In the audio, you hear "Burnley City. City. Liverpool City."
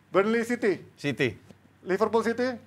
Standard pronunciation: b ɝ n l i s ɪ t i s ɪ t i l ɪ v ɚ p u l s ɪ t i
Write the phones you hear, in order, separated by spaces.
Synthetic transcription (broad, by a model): b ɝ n l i s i t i s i t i l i f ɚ p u l s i t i